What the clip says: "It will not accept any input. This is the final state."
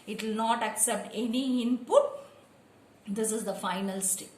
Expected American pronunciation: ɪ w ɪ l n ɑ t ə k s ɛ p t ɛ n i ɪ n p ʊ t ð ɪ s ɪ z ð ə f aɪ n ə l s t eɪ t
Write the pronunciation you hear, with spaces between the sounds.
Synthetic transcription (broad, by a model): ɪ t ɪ l n ɑ t ə k s ɛ p t ɛ n i ɪ n p ʊ t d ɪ s ɪ z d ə f aɪ n ə l s t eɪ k